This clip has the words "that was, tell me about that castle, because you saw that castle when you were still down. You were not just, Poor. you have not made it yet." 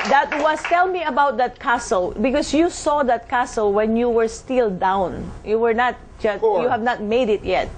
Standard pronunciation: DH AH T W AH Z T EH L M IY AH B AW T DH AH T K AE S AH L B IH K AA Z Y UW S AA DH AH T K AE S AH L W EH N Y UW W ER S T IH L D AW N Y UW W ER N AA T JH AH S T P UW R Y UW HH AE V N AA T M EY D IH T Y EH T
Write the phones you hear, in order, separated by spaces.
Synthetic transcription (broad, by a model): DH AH T W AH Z T EH L M IY AH B AW T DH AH T K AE S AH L B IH K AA S Y UW S AA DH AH T K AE S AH L W EH N Y UW W ER S T IH L D AW N Y UW W ER N AA T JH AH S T Y UW HH AE V N AA T M EY D IH T Y EH T